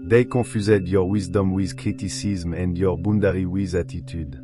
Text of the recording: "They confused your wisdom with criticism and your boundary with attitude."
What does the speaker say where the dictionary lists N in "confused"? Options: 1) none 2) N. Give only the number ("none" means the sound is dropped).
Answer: 1